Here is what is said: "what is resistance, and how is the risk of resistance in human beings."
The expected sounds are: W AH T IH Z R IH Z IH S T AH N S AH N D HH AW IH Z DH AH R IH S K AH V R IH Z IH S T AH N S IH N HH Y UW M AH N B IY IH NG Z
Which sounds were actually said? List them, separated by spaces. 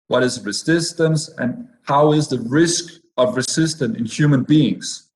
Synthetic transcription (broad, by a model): W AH T IH Z R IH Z IH S T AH N S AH N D HH AW IH Z DH AH R IH S K AH V R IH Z IH S T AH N IH N HH Y UW M AH N B IY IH NG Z